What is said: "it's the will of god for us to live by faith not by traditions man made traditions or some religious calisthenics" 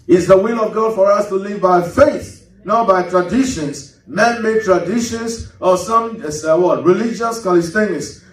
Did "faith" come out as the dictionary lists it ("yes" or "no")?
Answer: yes